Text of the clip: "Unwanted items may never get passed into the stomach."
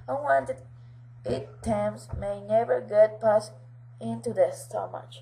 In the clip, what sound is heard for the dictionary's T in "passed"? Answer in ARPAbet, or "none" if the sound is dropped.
none